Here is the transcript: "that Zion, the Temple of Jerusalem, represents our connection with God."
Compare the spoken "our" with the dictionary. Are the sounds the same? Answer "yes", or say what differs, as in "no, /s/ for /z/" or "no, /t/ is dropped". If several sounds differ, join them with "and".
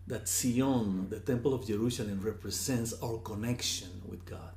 no, /w/ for /ɹ/